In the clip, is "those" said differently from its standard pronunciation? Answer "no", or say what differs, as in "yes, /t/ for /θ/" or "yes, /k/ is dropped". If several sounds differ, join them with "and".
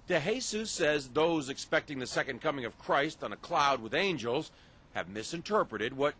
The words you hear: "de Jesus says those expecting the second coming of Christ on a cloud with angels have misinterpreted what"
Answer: no